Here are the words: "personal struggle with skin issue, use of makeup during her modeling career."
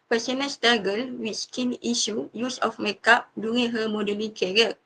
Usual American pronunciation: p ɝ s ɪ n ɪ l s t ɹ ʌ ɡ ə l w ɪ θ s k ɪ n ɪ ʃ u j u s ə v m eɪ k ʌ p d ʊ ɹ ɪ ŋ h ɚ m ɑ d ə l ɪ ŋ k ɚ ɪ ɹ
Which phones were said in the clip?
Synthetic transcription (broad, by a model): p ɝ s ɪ n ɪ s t ɑ ɡ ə l w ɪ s k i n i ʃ u j u s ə f m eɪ k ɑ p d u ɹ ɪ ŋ h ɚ m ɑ d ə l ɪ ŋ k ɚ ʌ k